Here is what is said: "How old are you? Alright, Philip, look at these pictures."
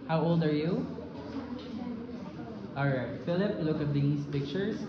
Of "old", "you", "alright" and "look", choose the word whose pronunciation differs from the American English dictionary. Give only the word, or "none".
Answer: alright